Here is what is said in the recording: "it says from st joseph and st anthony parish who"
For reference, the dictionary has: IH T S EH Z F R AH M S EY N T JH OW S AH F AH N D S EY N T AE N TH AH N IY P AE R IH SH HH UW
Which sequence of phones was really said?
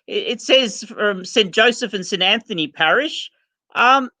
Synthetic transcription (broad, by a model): IH T S EH Z F R AH M S EY N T JH OW S AH F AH N S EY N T AE N TH AH N IY P AE R IH SH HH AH